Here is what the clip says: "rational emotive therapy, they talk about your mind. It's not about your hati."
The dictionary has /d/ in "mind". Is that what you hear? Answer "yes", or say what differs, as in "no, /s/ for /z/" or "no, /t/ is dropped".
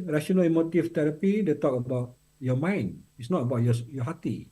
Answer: no, /d/ is dropped